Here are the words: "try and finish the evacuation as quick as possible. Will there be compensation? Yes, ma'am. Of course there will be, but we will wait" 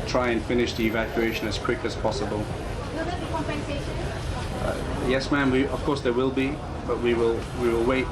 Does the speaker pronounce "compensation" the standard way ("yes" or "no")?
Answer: no